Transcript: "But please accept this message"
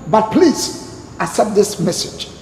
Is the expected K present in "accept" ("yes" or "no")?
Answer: no